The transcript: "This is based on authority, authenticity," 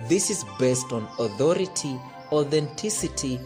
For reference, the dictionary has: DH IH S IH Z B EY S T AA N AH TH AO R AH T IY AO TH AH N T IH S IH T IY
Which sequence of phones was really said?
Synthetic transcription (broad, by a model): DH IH S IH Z B EY S T AA N AH TH AO R AH T IY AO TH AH N T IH S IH T IY